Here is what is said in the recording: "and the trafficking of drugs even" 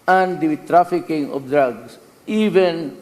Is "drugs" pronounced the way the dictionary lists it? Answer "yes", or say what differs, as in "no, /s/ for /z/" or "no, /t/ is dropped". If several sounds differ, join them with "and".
no, /s/ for /z/